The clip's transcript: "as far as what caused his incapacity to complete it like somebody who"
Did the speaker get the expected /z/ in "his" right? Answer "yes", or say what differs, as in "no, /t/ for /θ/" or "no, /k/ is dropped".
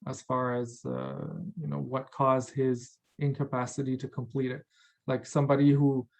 yes